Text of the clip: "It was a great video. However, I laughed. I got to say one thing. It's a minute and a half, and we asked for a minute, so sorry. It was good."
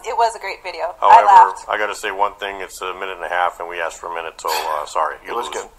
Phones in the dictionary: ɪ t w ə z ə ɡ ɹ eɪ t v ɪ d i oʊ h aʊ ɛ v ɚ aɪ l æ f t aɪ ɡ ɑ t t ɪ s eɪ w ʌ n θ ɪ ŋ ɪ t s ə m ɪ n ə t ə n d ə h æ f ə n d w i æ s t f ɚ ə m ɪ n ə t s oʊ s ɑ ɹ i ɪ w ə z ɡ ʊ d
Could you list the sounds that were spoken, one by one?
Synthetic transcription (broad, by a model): ɪ t w ə z ə ɡ ɹ eɪ t v ɪ d i oʊ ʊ ɚ aɪ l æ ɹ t aɪ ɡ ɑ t t ɪ s eɪ w ʌ n θ ɪ ŋ ɪ t s ə m ɪ n ə t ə n ə h æ f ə n w i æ s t f ɚ ə m ɪ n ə t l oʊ s ɑ ɹ i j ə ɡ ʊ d